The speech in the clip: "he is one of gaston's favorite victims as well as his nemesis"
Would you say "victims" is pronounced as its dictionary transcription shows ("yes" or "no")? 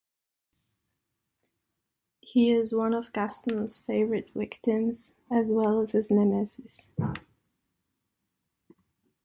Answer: no